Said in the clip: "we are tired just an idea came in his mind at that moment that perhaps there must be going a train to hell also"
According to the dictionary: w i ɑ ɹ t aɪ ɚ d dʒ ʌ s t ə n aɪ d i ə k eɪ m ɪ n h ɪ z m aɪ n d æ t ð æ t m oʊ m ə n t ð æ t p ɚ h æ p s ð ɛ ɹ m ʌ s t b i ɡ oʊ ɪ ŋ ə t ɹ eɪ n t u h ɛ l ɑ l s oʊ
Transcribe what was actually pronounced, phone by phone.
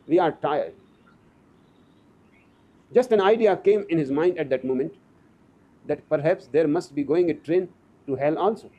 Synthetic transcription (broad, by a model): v i ɑ ɹ t aɪ ɚ d dʒ ʌ s t ə n aɪ d i ə k eɪ m ɪ n h ɪ z m aɪ n d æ t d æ t m oʊ m ə n t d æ t p ɚ h æ p s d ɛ ɹ m ʌ s t b i ɡ oʊ ɪ ŋ ə t ɹ eɪ n t u h ɛ l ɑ l s oʊ